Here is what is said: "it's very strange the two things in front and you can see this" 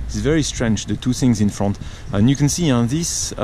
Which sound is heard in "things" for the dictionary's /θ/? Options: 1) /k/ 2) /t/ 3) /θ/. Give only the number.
3